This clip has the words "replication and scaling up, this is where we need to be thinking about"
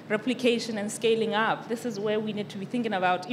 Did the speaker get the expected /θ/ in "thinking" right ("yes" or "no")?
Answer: yes